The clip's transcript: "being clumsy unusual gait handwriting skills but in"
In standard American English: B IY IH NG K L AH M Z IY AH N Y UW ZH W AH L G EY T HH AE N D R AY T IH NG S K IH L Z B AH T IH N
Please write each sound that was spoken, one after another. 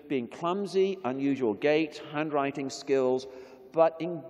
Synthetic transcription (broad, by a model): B IY IH NG K L AH M Z IY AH N Y UW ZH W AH L G EY T HH AE N D R AY T IH NG S K IH L Z B AH T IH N